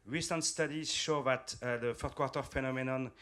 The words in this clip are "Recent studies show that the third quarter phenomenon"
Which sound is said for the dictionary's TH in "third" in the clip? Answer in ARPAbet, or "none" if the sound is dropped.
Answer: F